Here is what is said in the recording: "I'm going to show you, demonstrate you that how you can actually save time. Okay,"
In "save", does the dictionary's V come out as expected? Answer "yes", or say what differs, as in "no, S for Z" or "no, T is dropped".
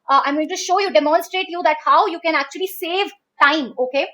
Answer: yes